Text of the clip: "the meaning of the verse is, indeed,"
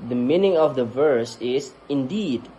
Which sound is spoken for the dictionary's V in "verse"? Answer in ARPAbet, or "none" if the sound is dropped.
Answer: V